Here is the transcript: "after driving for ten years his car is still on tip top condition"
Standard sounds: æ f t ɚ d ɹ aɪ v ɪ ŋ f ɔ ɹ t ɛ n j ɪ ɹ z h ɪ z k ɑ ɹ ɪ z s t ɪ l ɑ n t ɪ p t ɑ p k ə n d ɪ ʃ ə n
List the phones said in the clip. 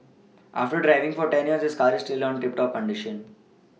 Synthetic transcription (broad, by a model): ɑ f t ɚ d ɹ aɪ v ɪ ŋ f ɔ ɹ t ɛ n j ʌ ɹ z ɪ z k ɑ ɹ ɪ s t ɪ l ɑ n t ɪ p t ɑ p k ə n d ɪ ʃ ə n